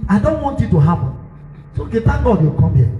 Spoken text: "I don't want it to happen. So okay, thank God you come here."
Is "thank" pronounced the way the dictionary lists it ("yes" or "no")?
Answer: no